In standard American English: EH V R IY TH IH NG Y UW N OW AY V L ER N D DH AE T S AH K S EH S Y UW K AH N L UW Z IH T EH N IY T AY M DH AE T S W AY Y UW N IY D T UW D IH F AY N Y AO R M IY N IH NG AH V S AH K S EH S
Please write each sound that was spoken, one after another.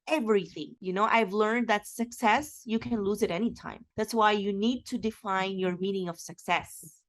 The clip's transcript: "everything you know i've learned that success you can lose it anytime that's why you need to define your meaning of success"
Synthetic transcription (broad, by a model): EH V R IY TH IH NG Y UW N OW AY V L ER N D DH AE T S AH K S EH S Y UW K AH N L UW Z IH T EH N IY T AY M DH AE T S W AY Y UW N IY D T UW D IH F AY N Y AO R M IY N IH NG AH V S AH K S EH S